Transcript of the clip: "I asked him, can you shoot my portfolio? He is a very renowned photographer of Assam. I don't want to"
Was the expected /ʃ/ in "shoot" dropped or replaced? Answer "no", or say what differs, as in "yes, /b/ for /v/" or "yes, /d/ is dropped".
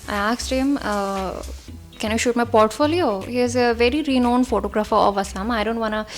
no